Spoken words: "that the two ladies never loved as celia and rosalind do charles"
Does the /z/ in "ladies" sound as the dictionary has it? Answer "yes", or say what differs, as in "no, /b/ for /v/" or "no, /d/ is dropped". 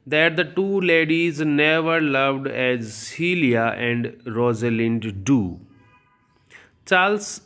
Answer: yes